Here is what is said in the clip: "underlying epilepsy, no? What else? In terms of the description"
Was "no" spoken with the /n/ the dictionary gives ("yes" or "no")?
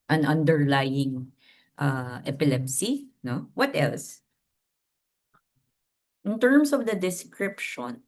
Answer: yes